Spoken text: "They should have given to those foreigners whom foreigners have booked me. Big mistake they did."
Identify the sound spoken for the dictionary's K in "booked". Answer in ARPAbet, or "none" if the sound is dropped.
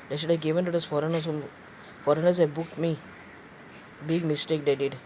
K